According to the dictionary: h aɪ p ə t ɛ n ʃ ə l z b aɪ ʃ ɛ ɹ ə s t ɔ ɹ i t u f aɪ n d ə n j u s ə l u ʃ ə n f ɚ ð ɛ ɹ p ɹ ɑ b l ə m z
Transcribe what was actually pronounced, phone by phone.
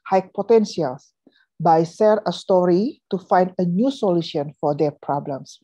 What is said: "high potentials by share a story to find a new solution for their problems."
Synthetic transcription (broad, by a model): h aɪ p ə t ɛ n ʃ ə l s b aɪ s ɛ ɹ ə s t ɔ ɹ i t u f aɪ n d ə n j u s ə l u ʃ ə n f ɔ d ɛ p ɹ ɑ b l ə m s